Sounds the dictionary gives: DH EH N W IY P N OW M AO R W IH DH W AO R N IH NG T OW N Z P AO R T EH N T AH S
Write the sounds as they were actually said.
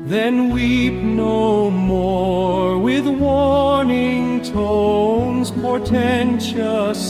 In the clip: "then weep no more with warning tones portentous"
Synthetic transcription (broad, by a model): DH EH N W IY P N OW M AO R W IH DH W AO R N IH NG T OW N Z P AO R T EH N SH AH S